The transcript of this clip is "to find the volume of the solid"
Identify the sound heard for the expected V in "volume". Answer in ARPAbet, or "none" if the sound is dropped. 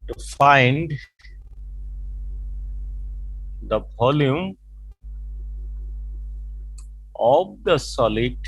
P